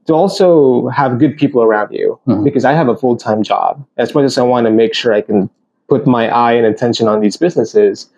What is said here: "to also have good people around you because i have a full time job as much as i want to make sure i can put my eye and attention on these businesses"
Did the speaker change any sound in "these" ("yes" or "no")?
no